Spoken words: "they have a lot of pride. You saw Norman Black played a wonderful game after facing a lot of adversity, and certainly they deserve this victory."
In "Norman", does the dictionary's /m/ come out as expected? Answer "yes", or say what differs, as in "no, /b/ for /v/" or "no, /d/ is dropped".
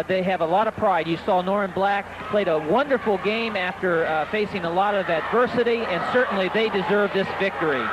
no, /m/ is dropped